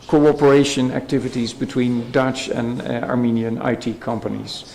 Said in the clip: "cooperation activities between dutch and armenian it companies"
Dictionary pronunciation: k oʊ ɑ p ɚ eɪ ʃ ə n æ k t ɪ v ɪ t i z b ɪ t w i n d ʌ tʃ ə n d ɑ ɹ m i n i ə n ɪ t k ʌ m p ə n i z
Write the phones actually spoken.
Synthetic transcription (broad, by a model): k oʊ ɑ p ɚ eɪ ʃ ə n æ k t ɪ v ɪ t i z b ɪ t w i n d ʌ tʃ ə n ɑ ɹ m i n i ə n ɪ t k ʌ m p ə n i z